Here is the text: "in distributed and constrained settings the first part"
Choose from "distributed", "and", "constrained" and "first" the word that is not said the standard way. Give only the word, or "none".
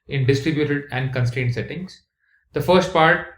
none